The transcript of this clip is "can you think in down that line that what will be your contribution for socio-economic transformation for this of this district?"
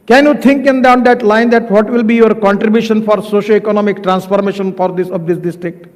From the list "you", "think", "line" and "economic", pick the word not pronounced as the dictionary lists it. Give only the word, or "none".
think